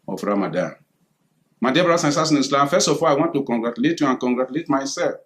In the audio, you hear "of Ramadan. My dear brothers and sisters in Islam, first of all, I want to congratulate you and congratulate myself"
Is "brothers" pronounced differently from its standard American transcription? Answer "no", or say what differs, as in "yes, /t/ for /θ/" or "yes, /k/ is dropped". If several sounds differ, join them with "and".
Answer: yes, /ð/ is dropped and /s/ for /z/